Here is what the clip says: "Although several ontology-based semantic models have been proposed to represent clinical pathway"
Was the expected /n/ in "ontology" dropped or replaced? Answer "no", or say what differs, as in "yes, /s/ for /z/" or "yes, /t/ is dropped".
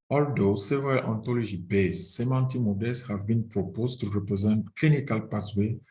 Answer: no